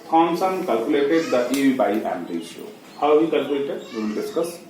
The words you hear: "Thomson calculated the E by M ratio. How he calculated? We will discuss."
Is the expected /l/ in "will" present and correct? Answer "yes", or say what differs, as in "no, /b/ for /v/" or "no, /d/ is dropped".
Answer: no, /n/ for /l/